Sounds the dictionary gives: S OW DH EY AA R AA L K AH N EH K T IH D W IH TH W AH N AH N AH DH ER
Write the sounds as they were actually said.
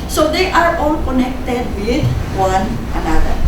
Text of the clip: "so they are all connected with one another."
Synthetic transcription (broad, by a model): S OW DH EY AA R AA L K AH N EH K T IH D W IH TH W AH N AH N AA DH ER